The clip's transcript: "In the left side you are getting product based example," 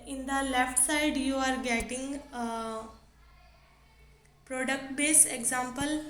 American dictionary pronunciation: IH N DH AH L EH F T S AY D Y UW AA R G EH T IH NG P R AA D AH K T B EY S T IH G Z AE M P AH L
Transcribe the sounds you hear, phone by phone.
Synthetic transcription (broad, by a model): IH N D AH L EH F T S AY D Y UW AA R G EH T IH NG P R AA D AH K T B EY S IH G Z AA M P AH L